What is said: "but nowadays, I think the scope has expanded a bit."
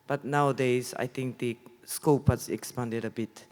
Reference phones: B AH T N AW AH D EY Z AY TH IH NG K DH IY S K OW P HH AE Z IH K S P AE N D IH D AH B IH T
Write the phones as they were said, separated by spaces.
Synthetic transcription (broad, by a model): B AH T N AW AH D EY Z AY T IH NG K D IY S K OW P HH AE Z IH K S P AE N D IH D AH B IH T